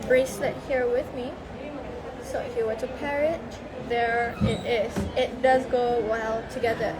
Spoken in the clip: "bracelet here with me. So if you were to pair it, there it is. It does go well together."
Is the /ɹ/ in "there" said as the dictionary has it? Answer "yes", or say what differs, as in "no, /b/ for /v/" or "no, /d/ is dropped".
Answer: yes